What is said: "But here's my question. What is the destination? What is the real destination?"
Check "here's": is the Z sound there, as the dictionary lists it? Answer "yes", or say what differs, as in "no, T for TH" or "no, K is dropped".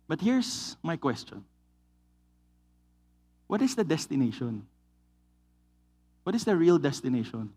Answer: no, S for Z